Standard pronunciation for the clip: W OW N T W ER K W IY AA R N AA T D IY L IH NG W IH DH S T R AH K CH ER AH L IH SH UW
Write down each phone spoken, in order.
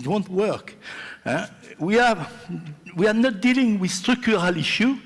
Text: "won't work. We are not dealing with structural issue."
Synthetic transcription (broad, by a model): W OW N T W ER K W IY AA W N AA T D IY L IH NG W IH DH S T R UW K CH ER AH L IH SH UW